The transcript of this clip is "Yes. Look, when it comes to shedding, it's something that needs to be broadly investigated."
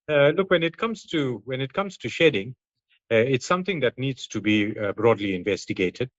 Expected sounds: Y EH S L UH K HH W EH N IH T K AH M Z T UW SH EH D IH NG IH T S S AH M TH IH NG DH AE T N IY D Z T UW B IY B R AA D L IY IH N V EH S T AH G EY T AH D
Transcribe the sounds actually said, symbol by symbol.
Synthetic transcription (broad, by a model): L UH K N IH K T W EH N IH T K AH M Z T UW SH EH D IH NG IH T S S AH M T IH NG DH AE T N IY D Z T UW B IY B R AA D L IY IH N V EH S T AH G EY T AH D